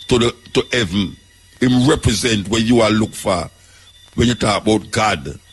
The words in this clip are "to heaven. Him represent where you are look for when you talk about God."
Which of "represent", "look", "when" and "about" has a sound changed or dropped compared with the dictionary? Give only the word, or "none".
none